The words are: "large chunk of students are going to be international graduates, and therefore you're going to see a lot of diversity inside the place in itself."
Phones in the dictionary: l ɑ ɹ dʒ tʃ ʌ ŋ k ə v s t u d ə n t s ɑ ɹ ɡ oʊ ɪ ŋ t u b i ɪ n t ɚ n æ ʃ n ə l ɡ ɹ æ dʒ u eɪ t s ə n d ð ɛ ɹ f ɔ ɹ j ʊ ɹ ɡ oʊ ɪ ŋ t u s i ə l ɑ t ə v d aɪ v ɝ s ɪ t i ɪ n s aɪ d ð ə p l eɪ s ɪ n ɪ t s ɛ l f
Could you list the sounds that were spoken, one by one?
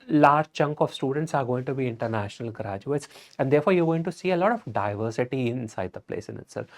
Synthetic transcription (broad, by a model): l ɑ ɹ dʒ tʃ ʌ ŋ k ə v s t u d ə n t s ɑ ɹ ɡ oʊ ɪ ŋ t u b i ɪ n t ɚ n æ ʃ n ə l ɡ ɹ æ dʒ u eɪ t s ə n d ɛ ɹ f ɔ ɹ j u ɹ ɡ oʊ ɪ ŋ t u s i ə l ɑ t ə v d aɪ v ɝ s ɪ t i ɪ n s aɪ d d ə p l eɪ s ɪ n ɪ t s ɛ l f